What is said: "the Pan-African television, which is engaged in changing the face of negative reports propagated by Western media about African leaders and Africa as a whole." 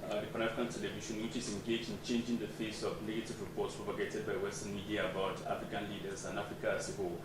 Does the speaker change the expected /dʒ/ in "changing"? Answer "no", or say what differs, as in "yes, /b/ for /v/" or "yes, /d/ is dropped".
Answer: no